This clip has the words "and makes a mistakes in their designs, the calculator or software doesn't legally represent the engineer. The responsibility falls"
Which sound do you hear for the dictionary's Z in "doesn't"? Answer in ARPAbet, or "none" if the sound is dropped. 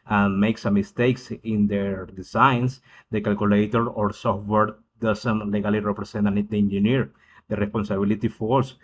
S